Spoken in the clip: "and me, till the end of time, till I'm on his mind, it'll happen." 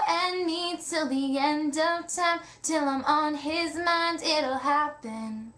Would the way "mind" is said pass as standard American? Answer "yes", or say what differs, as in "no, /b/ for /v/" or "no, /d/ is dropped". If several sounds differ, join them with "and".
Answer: yes